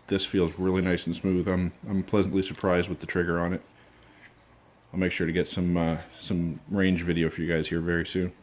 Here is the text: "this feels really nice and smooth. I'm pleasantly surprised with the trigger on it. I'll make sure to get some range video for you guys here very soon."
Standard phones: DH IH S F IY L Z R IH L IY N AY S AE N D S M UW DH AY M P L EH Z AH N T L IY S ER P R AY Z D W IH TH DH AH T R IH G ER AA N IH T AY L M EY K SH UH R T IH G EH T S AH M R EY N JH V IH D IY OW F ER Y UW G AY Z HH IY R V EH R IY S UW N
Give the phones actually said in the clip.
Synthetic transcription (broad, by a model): DH IH S F IY L Z R IH L IY N AY S N S M UW DH AY M P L EH Z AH N T L IY S ER P R AY Z D W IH DH AH T R IH G ER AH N IH T AY L M EY K SH UH R T IH G EH T S AH M R EY N JH V IH D IY OW F ER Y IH G AY Z HH IY R V EH R IY S UW N